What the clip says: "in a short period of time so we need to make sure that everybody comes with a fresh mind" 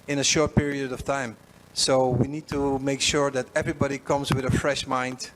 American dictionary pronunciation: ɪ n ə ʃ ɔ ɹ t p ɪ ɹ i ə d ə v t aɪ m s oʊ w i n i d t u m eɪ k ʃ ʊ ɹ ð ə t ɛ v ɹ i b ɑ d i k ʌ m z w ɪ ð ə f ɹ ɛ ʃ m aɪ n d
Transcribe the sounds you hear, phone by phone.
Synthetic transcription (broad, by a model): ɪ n ə ʃ ɔ ɹ t p ɪ ɹ i ə d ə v t aɪ m s oʊ w i n i d t u m eɪ k ʃ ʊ ɹ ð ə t ɛ v ɹ i b ɑ d i k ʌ m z w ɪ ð ə f ɹ ɛ ʃ m aɪ n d